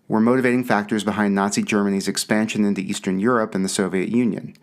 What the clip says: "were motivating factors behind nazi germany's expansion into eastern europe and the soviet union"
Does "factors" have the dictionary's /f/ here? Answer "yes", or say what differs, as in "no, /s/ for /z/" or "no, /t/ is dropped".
yes